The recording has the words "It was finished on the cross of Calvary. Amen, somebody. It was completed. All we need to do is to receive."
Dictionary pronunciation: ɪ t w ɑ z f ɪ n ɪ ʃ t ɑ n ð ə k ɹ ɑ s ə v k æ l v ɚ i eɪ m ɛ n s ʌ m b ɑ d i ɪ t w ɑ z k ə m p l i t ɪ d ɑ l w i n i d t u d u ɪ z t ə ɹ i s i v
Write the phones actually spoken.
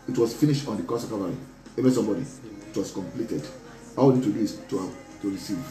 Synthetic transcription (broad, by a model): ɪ t w ɑ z f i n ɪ ʃ t ɑ n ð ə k ɑ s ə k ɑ v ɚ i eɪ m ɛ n s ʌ m b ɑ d i ɪ t w ɑ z k ə m p l i t ɪ d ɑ w i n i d t u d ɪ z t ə ɹ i s i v